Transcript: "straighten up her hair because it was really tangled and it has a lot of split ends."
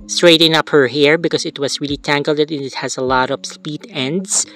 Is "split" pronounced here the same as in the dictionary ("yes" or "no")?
no